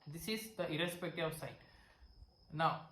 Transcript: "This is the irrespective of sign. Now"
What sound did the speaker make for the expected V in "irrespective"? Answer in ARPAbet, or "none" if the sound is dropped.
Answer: none